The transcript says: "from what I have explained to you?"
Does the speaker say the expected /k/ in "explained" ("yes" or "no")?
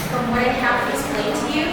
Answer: no